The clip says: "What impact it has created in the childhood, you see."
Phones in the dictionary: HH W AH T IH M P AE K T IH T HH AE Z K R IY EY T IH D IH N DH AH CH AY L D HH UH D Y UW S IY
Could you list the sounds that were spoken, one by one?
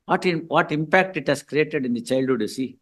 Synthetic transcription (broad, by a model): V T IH T IH M P AE K T IH T HH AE S K R IY EY T IH D IH N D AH CH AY L D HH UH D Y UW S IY